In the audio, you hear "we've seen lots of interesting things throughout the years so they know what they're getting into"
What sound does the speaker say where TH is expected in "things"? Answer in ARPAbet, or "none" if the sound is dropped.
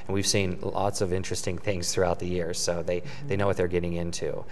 TH